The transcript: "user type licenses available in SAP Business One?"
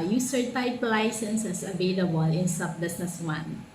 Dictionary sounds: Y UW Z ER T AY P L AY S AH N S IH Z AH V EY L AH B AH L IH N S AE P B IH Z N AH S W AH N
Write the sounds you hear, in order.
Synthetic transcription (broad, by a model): Y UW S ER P AY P L AY S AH N S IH S AH V EY L AH B AH L IH N S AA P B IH S N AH S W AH N